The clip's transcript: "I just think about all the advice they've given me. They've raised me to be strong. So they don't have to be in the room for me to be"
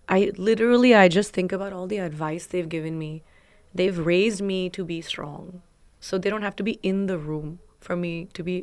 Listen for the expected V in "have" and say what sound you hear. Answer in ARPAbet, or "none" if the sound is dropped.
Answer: F